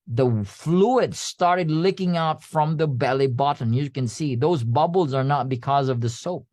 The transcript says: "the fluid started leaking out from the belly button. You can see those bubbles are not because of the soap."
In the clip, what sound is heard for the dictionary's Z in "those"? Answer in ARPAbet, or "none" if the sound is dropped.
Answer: Z